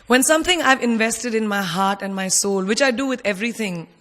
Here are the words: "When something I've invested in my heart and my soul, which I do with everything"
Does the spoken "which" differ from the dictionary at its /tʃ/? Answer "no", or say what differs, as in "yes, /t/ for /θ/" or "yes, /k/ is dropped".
no